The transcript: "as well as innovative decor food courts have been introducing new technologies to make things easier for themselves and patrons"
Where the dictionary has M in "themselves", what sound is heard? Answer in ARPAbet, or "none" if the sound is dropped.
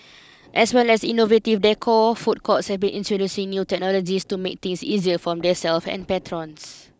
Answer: none